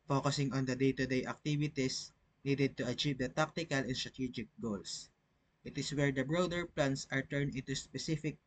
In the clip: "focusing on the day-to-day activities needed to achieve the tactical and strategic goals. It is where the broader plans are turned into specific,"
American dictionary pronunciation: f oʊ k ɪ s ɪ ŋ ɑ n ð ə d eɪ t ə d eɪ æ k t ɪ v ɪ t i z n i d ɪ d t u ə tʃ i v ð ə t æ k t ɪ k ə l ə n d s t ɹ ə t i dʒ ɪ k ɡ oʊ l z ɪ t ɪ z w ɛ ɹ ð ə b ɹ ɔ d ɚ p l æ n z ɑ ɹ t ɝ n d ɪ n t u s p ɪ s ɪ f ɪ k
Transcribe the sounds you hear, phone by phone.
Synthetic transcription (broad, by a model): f oʊ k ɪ s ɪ ŋ ɑ n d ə d eɪ t ə d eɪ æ k t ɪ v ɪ t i s n i d ɪ d t u ə tʃ i v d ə t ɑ k t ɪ k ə l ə n s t ɹ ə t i dʒ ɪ k ɡ oʊ l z ɪ t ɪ s w ɛ ɹ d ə b ɹ ɔ d ɚ p l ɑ n s ɑ ɹ t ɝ n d ɪ n t u s p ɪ s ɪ f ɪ k